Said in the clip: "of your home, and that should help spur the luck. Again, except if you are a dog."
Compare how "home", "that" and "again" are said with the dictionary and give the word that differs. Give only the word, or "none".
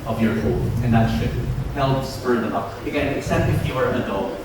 home